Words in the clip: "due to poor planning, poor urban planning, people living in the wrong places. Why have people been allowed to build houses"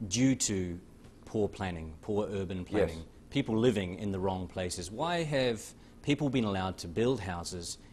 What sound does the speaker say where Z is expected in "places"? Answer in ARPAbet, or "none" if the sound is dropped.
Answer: Z